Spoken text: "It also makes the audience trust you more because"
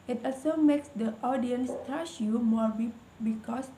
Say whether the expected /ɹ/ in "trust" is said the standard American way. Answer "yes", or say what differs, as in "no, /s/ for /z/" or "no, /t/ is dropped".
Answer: no, /ɹ/ is dropped